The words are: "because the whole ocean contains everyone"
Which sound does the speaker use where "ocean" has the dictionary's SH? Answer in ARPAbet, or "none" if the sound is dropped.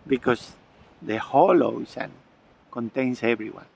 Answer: S